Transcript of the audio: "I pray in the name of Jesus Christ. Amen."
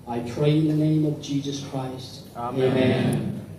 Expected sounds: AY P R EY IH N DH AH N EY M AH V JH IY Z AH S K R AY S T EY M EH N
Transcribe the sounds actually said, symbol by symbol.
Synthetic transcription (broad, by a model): AY P R EY IH N DH AH N EY M AH V JH IY Z AH S K R AY S T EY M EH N